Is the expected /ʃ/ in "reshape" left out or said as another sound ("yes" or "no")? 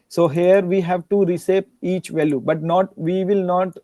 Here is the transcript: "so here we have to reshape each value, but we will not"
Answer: yes